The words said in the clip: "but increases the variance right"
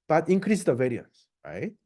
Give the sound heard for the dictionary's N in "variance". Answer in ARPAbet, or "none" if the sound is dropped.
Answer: N